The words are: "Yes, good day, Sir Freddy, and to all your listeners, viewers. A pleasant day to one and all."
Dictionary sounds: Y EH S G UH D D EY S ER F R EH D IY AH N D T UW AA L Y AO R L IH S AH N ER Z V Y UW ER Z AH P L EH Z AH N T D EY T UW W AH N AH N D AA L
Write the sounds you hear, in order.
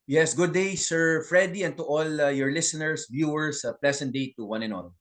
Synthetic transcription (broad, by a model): Y EH S G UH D D EY S ER F R EH D IY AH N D T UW AA L Y AO R L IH S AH N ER S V Y UW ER S AH P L EH S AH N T D EY T UW W AH N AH N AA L